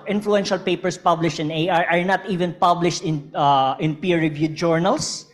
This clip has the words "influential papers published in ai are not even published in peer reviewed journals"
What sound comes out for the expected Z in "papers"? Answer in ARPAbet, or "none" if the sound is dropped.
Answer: S